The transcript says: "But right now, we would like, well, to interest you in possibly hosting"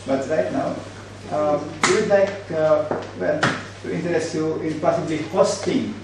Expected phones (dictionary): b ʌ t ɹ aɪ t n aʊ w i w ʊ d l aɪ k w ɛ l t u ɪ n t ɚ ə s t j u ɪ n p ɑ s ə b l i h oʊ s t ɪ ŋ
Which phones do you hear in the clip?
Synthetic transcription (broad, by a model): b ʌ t ɹ aɪ t n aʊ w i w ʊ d l aɪ k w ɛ n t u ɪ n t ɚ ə s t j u ɪ n p ɑ s ə b l i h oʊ s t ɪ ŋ